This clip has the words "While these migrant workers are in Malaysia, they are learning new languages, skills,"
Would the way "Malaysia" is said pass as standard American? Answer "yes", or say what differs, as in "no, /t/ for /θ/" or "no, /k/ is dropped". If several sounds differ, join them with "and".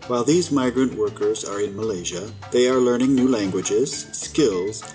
yes